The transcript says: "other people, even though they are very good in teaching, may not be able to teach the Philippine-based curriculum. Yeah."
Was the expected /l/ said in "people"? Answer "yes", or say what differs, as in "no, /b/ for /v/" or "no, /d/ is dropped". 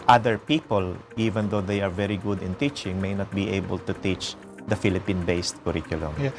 yes